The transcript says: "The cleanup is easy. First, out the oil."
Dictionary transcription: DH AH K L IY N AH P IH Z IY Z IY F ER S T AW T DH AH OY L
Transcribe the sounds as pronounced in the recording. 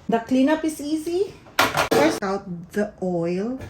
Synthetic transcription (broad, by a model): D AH K L IY N AH P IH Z IY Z IY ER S AW T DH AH OY L